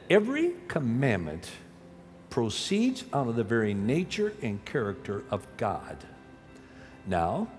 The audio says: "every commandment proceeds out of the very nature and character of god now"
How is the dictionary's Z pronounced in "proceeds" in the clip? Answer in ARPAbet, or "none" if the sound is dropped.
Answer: Z